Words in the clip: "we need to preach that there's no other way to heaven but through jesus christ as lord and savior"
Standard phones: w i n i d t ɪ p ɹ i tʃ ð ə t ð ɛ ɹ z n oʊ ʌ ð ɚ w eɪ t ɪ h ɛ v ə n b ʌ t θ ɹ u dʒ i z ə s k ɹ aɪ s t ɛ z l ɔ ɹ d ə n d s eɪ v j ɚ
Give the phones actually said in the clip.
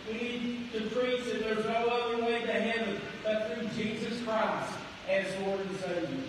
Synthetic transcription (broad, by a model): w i n i d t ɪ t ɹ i s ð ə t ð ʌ ɹ z n oʊ ʌ ð ɚ w eɪ t ɪ h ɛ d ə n b ʌ t θ ɹ u dʒ i z ə s k ɹ aɪ s t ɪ z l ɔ ɹ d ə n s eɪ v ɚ